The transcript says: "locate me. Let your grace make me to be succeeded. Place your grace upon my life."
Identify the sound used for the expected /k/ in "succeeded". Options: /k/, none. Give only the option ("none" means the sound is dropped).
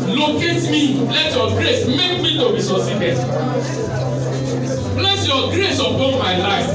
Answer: none